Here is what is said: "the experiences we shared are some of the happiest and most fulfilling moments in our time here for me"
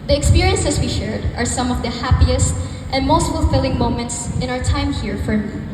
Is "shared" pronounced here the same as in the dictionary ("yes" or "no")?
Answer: yes